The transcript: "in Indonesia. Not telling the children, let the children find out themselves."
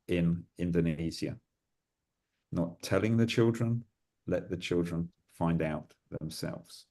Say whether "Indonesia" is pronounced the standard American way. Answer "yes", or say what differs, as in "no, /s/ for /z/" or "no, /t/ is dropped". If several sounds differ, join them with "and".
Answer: no, /z/ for /ʒ/